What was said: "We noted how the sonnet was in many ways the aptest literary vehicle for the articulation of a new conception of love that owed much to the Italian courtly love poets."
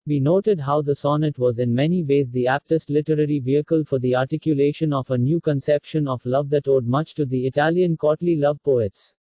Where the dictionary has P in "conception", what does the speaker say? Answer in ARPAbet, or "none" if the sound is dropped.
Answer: P